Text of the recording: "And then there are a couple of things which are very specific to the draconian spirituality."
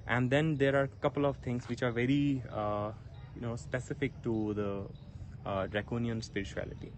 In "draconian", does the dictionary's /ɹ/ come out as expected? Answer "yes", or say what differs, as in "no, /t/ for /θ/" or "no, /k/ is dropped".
yes